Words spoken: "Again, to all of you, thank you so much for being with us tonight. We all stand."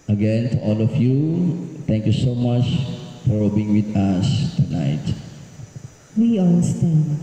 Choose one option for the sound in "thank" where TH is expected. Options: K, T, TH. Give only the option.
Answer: T